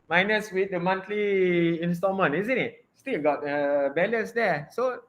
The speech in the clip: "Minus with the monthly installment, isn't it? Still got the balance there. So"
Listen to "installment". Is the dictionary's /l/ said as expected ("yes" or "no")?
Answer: no